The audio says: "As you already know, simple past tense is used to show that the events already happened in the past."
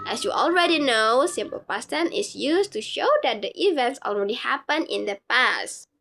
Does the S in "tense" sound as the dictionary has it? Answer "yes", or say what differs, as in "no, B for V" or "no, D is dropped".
no, S is dropped